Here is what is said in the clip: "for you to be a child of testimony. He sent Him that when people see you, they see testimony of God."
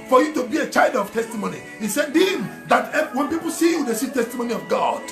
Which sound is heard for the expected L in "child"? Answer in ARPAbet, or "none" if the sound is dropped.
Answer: L